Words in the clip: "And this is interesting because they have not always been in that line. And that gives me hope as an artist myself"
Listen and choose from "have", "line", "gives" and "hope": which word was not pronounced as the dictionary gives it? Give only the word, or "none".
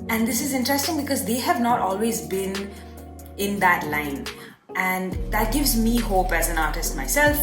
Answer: none